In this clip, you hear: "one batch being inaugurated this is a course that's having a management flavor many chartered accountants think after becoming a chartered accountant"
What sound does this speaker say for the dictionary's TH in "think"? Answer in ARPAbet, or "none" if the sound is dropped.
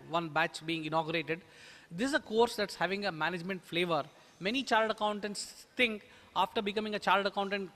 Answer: T